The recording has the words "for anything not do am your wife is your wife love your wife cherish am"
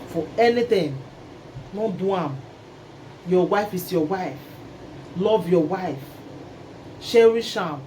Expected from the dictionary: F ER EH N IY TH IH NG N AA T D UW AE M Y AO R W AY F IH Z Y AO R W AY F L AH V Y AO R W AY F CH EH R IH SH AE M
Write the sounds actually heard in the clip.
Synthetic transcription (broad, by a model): F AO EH N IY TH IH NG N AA D UW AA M Y AO W AY F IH S Y AO W AY F L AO V Y AO W AY F SH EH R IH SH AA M